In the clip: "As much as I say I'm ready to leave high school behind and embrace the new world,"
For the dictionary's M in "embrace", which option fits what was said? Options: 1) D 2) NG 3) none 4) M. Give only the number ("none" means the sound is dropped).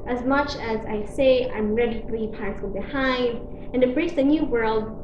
3